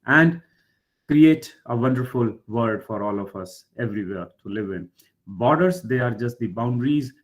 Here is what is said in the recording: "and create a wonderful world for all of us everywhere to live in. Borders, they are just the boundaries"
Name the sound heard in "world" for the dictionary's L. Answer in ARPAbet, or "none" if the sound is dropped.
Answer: none